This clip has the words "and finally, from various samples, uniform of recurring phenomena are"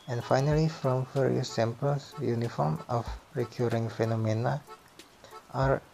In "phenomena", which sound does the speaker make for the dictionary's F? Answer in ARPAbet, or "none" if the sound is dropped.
F